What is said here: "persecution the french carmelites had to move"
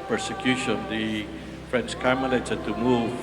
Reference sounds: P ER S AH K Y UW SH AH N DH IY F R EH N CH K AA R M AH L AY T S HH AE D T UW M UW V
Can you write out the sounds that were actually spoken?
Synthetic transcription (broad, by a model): P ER S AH K Y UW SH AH N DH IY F R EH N S K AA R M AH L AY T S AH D T UW M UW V